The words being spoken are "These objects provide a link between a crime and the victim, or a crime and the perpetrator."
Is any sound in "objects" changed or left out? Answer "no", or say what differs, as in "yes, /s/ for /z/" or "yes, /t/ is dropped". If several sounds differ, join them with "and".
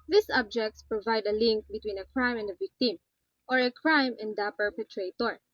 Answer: no